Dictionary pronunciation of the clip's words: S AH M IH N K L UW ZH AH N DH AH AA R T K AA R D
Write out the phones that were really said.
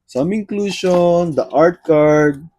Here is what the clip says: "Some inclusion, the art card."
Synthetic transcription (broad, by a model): S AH M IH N K L UW SH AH N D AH AA R T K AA R D